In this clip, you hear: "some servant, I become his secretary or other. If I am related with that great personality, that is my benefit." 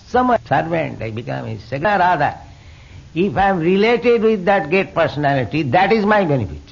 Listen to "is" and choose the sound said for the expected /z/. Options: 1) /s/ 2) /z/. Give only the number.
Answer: 2